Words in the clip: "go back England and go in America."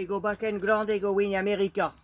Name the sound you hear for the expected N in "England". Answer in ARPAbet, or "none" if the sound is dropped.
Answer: none